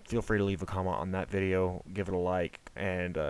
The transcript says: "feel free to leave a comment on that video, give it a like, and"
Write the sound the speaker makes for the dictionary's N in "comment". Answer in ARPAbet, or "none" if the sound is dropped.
none